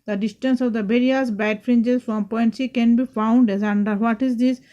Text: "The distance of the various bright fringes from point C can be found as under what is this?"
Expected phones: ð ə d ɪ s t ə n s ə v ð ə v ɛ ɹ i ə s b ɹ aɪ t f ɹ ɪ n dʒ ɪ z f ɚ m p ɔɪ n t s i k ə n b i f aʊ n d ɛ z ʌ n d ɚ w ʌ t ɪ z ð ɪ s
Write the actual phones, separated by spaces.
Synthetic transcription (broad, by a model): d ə d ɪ s t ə n s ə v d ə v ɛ ɹ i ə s b aɪ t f ɹ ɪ n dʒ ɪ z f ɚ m p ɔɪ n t s i k ə n b i f aʊ n d ɛ z ʌ n d ɚ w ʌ t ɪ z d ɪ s